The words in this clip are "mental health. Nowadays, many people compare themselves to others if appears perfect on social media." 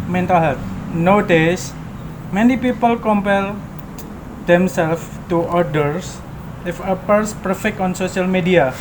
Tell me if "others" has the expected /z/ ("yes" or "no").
no